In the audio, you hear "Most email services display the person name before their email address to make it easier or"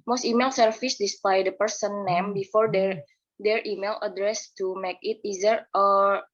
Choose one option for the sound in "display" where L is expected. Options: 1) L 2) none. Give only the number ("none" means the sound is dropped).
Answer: 2